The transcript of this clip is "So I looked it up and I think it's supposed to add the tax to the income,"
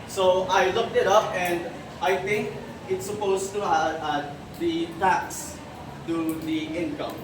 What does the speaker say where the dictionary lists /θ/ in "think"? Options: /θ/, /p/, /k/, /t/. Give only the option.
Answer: /t/